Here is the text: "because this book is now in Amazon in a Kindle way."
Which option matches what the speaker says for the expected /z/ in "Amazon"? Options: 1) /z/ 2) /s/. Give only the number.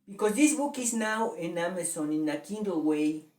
2